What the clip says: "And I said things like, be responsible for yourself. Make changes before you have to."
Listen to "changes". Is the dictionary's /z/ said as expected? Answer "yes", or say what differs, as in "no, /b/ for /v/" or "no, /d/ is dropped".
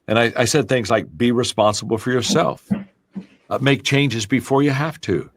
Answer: yes